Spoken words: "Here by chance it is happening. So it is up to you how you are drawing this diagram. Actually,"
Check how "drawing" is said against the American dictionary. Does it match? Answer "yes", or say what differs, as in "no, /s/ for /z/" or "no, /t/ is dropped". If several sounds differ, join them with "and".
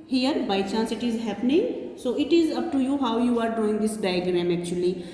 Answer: no, /ɹ/ is dropped